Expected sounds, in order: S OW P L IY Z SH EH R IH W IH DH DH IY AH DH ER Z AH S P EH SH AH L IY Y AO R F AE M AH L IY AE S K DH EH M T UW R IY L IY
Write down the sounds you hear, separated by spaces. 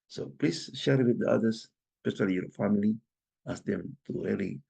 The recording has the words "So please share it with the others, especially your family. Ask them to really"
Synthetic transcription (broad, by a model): S OW P L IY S SH EH R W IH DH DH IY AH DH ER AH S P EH S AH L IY Y AO R F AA M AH L IY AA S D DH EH M T UW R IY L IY